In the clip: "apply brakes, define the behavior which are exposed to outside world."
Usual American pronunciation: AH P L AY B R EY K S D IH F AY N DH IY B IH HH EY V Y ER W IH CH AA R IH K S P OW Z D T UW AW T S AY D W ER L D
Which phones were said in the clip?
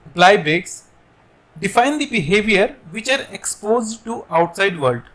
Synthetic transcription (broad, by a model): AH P L AY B EY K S D IH F AY N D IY B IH HH EY V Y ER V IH CH AA R IH K S P OW Z D T UW AW T S AY D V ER L D